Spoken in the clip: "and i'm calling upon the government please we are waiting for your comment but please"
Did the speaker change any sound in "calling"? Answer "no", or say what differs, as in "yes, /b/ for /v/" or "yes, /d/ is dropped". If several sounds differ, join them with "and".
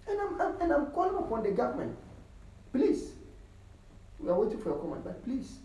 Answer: no